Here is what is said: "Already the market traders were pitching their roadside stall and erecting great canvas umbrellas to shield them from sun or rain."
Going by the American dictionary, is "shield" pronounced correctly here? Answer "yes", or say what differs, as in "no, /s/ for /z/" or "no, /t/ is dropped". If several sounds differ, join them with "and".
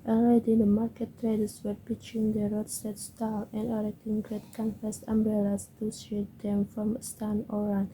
no, /s/ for /ʃ/